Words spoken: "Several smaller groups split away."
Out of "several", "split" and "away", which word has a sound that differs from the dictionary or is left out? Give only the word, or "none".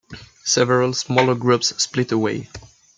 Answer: none